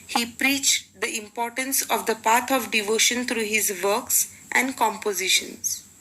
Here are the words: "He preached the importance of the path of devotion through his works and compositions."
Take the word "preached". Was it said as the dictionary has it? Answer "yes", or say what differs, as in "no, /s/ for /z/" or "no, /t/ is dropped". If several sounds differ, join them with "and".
yes